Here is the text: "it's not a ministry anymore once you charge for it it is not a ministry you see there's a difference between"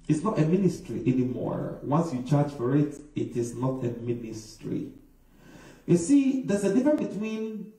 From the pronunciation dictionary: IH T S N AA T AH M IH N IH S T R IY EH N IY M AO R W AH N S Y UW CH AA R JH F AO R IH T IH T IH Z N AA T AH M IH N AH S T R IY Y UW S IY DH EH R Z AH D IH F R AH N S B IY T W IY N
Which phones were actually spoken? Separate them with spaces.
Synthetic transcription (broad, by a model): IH T S N AA T AH M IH N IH S T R IY EH N IY M AO R W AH N S Y UW CH AA R JH F AO R IH T IH T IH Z N AA T AH M IH N AH S T R IY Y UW S IY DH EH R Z AH D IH F R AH N B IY T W IY N